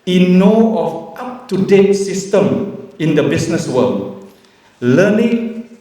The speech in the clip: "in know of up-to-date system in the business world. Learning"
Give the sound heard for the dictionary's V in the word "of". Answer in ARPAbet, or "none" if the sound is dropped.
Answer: F